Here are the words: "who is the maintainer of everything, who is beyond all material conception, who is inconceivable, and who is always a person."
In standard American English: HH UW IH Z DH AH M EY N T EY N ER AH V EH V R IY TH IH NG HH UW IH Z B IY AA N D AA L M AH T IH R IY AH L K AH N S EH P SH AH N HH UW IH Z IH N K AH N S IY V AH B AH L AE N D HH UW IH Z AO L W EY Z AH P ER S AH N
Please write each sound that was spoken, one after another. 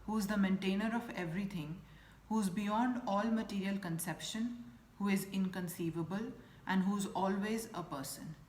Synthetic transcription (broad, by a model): HH UW IH Z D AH M EY N T EY N ER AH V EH V R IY T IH NG HH UW IH Z B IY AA N D AA L M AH T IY R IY AH L K AH N S EH P SH AH N HH UW IH Z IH N K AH N S IY V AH B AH L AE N D HH UW IH Z AO L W EY Z AH P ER S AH N